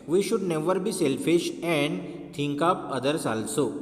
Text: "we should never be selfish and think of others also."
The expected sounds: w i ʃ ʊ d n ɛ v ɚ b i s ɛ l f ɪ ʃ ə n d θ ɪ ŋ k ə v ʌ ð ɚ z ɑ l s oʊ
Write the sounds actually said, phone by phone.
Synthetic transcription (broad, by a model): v i ʃ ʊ d n ɛ v ɚ b i s ɛ l f ɪ ʃ ə n d t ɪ ŋ k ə p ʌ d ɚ s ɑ l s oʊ